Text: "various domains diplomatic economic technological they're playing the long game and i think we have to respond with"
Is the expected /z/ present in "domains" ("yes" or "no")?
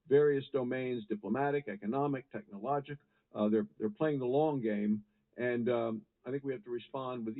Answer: yes